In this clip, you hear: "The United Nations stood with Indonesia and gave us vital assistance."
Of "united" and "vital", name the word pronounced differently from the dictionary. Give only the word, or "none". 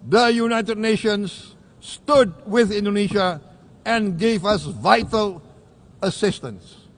none